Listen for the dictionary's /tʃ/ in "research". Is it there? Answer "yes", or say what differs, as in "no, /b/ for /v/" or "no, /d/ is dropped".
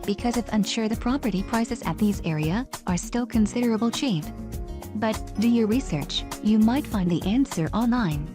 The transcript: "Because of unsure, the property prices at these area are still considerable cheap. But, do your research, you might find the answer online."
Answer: yes